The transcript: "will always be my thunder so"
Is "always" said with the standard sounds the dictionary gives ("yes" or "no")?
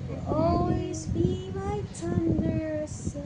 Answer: yes